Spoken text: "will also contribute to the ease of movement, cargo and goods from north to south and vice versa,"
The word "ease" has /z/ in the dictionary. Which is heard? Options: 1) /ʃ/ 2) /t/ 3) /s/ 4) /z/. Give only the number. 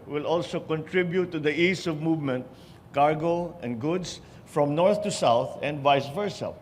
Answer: 3